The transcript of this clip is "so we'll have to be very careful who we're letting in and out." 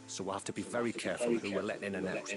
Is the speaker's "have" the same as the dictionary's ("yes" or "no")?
no